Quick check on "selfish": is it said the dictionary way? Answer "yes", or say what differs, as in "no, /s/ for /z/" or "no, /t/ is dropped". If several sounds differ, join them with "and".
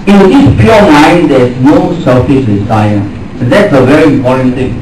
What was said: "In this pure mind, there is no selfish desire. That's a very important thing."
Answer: no, /s/ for /ʃ/